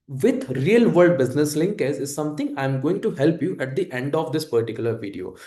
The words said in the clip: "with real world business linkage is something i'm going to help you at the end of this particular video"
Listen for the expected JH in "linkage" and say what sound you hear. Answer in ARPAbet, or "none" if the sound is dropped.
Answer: Z